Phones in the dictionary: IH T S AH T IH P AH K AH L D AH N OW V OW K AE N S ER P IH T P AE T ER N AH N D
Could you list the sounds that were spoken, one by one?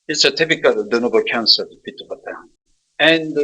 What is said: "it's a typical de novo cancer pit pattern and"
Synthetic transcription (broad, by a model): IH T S AH T IH P AH K AH L D AH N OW B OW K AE N S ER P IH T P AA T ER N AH N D